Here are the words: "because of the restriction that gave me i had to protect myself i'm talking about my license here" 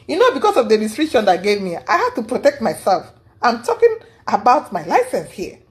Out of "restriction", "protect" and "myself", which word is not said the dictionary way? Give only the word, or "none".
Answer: restriction